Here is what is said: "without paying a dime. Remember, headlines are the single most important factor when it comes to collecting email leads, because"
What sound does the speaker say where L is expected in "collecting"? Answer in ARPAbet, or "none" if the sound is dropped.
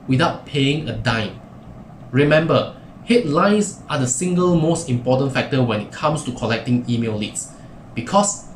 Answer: L